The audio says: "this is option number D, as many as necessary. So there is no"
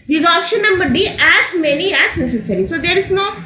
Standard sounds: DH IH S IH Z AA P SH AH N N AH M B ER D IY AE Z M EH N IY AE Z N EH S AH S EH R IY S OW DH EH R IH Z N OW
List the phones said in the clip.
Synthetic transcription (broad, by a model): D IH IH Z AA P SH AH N N AH M B ER D IY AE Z M EH N IY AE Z N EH S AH S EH R IY S OW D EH R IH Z N OW